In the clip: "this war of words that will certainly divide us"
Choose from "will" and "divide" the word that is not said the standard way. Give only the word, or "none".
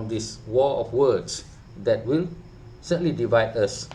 none